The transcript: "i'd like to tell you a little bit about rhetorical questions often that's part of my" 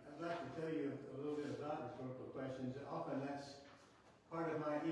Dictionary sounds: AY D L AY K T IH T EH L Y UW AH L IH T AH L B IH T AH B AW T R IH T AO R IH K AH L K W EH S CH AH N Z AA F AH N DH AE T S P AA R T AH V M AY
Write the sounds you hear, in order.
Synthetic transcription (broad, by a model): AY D L AY K T IH T EH L Y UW AH L IH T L B IH T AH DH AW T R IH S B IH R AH K W EH S CH AH N Z AA F AH N DH AE T S P AA R T AH V M AY